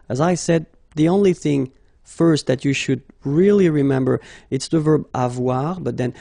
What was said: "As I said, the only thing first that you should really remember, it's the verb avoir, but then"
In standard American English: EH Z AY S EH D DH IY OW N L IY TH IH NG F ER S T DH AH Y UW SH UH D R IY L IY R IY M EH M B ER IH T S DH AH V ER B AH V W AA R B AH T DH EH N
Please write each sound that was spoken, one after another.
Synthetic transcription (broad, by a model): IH Z AY S EH D DH IY OW N L IY TH IH NG F ER S T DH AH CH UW SH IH D R IY L IY R IY M EH M B ER IH T S DH AH V ER B AH V W AA R B AH T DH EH N